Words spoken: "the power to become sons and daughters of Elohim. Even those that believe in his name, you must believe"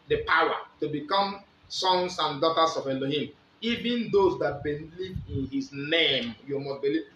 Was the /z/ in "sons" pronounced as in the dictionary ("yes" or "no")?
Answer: no